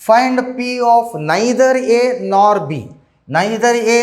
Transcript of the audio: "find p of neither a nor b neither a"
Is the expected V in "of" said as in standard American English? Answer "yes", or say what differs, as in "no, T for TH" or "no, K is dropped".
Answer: no, P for V